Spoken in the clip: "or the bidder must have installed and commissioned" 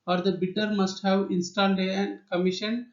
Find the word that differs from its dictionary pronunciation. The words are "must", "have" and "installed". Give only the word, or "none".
installed